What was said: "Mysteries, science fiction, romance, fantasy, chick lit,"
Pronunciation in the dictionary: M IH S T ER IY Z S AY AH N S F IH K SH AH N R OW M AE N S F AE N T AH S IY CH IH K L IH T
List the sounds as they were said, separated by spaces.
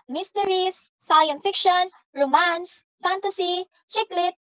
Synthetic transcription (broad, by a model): M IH S T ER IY S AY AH N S F IH K SH AH N R OW M AE N S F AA N T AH S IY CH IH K L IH T